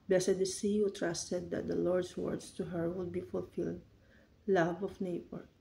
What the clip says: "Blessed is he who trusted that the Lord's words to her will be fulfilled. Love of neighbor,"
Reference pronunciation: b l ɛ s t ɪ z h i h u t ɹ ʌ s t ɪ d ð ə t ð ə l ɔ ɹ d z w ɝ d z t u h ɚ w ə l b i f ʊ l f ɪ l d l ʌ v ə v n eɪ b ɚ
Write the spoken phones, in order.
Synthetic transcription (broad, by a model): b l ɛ s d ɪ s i h u t ɹ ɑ s t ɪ d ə t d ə l ɔ ɹ d s w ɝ d s t u h ɚ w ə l b i f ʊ l f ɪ l d l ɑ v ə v n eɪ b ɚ